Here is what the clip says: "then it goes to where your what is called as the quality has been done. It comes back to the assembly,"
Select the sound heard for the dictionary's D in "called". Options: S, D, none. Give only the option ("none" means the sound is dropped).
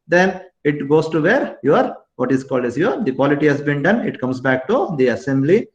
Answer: D